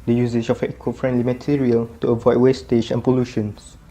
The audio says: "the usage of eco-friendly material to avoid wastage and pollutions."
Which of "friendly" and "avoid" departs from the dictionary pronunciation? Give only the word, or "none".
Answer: none